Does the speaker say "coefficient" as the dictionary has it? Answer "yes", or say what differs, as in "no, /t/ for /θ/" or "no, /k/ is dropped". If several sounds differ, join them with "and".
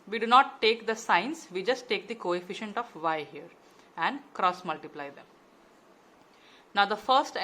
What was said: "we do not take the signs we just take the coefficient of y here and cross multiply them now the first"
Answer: yes